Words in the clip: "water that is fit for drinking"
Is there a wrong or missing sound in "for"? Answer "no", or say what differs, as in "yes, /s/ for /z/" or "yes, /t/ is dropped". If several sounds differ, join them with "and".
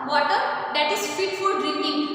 yes, /l/ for /ɹ/